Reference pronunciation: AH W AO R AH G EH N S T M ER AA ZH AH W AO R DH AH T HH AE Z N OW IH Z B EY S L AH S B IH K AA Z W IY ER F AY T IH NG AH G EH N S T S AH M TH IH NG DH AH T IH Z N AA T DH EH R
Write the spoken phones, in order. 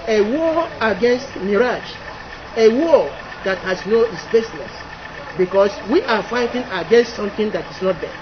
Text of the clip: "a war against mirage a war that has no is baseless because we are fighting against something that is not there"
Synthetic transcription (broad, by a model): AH W AO AH G EH N S T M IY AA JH AH W AO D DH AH T HH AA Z N OW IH S B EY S N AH S B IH K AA S W IY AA F AY T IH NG AH G EH N S T S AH M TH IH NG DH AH T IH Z N AA T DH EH